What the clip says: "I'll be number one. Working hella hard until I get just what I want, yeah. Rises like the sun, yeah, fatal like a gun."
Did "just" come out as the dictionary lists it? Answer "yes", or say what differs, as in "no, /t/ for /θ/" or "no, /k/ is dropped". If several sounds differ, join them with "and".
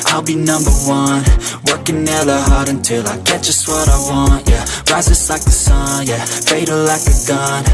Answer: no, /ʒ/ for /dʒ/